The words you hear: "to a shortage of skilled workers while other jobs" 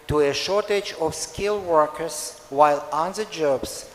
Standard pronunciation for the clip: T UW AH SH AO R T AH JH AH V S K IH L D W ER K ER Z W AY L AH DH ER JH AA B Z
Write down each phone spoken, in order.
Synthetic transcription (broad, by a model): T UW AH SH AO R T AH JH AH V S K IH L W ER K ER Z W AY L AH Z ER JH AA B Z